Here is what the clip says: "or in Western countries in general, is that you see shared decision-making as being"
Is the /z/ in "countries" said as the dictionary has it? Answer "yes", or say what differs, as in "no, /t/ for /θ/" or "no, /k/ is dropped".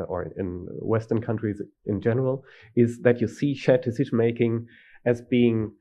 yes